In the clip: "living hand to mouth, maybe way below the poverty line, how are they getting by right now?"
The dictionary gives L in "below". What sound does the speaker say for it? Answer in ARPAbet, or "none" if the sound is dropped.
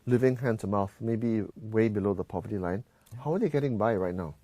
L